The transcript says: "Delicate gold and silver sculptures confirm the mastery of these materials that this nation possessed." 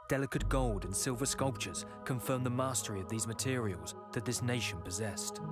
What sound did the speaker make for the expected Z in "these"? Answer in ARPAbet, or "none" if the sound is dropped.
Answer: Z